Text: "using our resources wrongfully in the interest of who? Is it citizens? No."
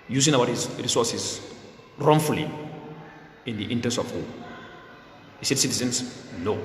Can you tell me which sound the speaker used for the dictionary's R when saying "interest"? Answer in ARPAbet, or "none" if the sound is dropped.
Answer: none